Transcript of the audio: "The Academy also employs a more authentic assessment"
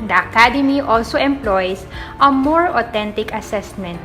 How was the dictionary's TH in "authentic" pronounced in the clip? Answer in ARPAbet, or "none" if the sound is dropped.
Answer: T